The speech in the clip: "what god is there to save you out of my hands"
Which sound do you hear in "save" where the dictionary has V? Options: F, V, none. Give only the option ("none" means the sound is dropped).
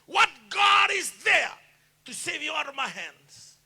V